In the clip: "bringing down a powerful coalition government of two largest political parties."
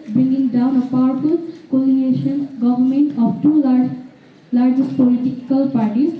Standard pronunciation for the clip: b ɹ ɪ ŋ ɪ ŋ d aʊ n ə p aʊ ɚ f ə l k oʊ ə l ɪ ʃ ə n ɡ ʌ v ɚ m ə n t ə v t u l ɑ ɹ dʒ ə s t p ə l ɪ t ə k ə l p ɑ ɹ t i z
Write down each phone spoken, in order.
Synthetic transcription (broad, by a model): b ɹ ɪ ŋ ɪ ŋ d aʊ n ə p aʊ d p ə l k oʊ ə n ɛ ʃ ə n ɡ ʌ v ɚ m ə n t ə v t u l ɑ ɹ dʒ ə s t p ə l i t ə k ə l p ɑ ɹ t i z